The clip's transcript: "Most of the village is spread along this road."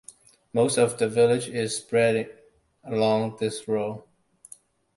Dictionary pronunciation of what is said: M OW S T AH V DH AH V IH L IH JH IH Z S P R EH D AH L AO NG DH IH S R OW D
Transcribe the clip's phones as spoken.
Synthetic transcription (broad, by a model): M OW S T AH V DH AH V IH L IH JH IH Z S P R EH D AH L AO NG DH IH S R OW